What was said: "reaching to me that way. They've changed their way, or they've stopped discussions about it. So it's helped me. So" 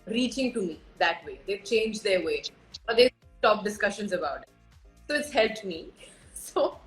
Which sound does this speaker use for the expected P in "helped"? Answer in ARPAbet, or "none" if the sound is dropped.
none